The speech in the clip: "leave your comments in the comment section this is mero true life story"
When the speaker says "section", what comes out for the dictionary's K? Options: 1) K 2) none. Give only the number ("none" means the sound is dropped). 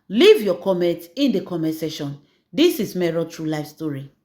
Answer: 2